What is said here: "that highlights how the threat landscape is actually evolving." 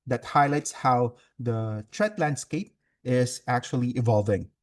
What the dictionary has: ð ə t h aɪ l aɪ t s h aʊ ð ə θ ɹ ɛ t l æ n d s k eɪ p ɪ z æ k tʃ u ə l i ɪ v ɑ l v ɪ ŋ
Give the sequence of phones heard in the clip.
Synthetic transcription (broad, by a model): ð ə t h aɪ l aɪ t s h aʊ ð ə t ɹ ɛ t l æ n d s k eɪ p ɪ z æ k tʃ u ə l i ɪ v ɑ l v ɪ ŋ